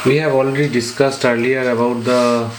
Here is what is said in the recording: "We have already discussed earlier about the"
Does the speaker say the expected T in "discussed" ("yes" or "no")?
yes